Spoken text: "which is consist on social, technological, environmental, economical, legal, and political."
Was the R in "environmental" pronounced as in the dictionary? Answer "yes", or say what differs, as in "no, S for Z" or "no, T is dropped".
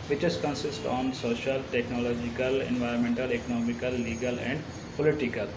yes